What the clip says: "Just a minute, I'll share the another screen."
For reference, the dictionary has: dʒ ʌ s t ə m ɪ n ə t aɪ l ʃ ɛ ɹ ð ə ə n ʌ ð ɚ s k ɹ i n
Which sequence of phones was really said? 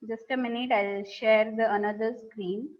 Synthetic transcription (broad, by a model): dʒ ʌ s t ə m ɪ n ə t aɪ l ʃ ɛ ɹ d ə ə n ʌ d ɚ s k ɹ i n